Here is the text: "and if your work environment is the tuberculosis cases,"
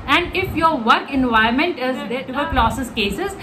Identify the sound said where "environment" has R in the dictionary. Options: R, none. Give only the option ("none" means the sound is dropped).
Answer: none